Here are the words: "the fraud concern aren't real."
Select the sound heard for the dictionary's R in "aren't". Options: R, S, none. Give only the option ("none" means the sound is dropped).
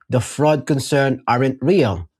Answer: R